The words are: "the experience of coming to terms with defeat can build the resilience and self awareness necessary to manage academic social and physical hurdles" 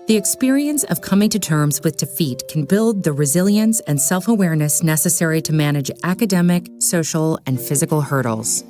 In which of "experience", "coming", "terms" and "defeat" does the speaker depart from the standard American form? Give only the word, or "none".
none